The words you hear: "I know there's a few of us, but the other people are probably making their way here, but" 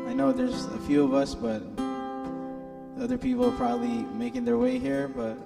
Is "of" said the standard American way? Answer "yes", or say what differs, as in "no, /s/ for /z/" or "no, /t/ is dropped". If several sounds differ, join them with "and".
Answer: yes